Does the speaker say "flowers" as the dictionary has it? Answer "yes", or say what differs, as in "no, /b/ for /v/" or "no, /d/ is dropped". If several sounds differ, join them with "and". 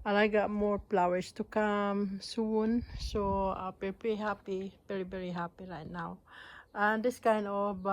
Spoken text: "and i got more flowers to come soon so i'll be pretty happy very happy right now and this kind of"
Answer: no, /p/ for /f/ and /s/ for /z/